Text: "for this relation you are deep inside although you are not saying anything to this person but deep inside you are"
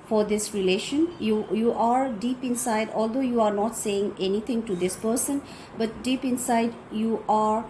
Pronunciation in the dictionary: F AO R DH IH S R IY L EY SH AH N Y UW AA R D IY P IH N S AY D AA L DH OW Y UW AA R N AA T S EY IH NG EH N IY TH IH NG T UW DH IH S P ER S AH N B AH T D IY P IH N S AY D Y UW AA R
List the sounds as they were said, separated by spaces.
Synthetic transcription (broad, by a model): F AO R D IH S R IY L EY SH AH N Y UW AA R D IY P IH N S AY D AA L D OW Y UW AA R N AA T S EY IH NG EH N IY T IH NG T UW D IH S P ER S AH N B AH T D IY P IH N S AY D Y UW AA R